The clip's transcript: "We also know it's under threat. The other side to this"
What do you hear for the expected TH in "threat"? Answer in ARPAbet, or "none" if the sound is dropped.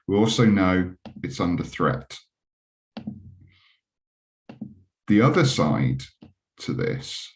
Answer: TH